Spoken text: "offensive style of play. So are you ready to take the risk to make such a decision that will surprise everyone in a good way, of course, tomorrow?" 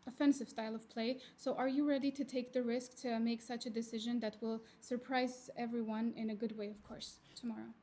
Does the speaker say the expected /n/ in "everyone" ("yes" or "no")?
yes